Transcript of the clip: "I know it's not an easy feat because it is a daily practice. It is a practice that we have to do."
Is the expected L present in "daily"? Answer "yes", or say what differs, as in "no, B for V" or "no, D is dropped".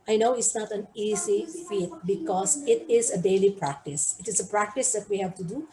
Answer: yes